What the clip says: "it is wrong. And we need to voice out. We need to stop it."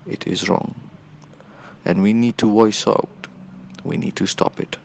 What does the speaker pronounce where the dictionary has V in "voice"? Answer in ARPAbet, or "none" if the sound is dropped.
W